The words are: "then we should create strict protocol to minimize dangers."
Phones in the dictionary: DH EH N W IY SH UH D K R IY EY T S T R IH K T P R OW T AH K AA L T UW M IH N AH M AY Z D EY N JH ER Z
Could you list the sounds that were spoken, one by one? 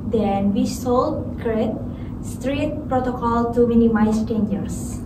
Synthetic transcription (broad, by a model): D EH N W IY S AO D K R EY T S T R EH T P R OW T AH K AA L T UW M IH N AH M AY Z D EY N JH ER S